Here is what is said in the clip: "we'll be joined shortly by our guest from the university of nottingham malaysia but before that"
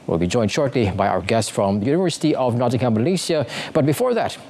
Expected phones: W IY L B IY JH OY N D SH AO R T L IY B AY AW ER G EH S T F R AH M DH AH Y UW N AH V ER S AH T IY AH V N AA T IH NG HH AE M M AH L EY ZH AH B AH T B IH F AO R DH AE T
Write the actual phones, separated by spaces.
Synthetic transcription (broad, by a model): W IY L B IY JH OY N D SH AO R T L IY B AY AW ER G EH S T F R AH M DH AH Y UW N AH V ER S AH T IY AH V N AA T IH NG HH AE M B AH L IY S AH B AH T B IH F AO R DH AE T